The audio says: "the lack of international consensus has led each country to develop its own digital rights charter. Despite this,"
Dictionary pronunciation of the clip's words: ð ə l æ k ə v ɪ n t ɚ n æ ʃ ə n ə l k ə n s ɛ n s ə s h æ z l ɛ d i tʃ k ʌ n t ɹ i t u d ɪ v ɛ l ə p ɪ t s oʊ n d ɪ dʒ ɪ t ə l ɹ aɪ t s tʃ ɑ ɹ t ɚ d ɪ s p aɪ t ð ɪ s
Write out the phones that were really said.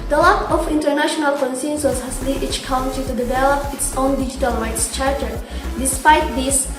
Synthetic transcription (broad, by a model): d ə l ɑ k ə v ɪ n t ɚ n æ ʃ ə n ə l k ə n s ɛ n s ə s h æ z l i i tʃ k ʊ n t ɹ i t u d ɪ v ɛ l ə p ɪ t s oʊ n d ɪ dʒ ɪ t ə l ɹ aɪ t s tʃ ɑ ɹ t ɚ d ɪ s p aɪ t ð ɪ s